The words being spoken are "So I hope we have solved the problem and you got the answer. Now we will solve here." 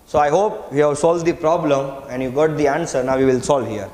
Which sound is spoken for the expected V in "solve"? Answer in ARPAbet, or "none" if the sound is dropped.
V